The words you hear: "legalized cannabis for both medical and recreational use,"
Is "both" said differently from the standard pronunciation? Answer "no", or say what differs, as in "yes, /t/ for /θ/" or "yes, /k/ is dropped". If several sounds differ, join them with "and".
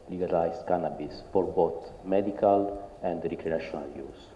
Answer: yes, /t/ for /θ/